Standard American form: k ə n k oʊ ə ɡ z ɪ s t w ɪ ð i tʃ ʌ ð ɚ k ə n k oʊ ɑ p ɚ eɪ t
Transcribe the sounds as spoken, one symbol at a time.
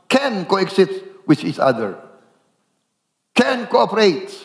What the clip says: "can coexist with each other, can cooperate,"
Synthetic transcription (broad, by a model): k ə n k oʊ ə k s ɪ t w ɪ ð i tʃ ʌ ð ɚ k ə n k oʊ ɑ p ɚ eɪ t